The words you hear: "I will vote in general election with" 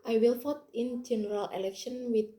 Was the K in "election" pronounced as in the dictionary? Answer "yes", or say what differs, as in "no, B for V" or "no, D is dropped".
yes